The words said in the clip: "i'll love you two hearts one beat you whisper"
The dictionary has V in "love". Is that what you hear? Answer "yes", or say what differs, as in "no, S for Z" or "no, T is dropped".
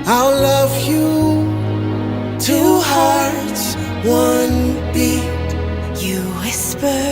yes